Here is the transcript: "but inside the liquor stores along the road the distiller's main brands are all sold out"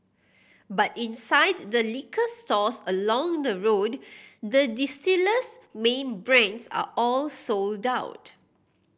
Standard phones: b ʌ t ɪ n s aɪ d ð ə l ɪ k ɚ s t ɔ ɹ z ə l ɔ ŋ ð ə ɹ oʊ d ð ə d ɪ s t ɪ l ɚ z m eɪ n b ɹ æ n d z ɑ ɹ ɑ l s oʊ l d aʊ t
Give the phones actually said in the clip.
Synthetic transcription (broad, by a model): b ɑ t ɪ n s aɪ d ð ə l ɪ k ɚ s t ɔ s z ə l ɔ ŋ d ə ɹ oʊ d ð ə d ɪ s t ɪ l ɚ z m eɪ n b ɹ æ n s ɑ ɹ ɑ l s oʊ l d aʊ t